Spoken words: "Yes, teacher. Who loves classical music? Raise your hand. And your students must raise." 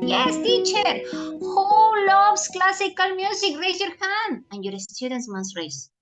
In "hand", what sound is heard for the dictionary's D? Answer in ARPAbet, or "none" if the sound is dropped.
none